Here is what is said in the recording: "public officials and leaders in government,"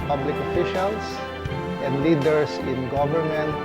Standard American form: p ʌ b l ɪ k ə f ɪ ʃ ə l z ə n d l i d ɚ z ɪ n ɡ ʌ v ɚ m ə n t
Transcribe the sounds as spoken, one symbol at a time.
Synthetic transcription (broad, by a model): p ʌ b l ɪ k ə f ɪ ʃ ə l s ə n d l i d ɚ s ɪ n ɡ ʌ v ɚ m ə n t